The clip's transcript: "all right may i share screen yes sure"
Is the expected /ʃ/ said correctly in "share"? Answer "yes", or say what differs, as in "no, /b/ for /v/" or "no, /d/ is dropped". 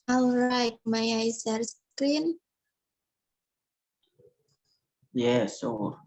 no, /s/ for /ʃ/